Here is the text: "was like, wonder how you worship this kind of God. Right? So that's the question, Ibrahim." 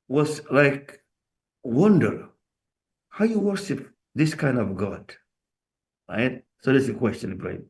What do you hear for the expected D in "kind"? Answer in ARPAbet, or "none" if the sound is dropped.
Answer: D